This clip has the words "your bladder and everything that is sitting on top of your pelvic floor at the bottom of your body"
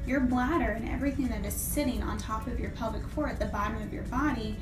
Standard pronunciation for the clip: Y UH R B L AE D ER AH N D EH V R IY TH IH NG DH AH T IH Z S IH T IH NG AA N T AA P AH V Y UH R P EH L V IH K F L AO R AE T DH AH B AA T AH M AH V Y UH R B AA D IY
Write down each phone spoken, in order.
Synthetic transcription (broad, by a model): Y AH R B L AE D ER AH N EH V R IY TH IH NG DH AH T IH Z S IH T IH NG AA N T AA P AH V Y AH R P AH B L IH K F AO R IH T DH AH B AA T AH M AH V Y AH R B AA D IY